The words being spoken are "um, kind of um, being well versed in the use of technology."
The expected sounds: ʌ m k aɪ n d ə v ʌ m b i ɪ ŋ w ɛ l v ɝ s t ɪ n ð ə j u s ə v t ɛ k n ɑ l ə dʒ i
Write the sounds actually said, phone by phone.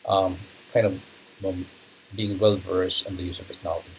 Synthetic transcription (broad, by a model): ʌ m k aɪ n d ə v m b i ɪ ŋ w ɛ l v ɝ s ɪ n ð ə j u s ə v t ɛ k n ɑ l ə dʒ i